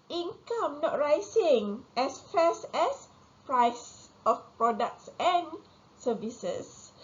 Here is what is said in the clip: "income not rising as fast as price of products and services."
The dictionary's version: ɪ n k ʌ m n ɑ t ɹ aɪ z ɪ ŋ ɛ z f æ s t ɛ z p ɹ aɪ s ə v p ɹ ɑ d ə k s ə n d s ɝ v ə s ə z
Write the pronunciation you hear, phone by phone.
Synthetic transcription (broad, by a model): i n k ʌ m n ɑ t ɹ aɪ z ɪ ŋ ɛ s f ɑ s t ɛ s p ɹ aɪ s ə f p ɹ ɑ d ə k s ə n s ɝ v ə s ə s